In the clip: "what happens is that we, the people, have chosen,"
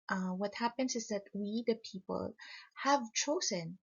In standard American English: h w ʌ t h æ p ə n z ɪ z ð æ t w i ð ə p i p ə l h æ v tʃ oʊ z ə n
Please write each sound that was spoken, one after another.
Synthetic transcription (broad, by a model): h w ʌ t h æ p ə n s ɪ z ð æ t w i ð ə p i p ə l h æ v tʃ oʊ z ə n